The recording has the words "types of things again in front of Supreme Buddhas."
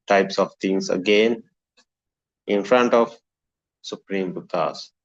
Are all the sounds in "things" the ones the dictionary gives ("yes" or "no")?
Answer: no